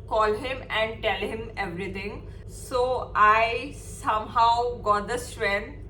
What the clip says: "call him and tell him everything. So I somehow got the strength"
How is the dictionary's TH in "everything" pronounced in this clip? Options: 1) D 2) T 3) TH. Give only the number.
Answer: 2